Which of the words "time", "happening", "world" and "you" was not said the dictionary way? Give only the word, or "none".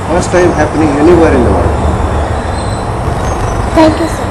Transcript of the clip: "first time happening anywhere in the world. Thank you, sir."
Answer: world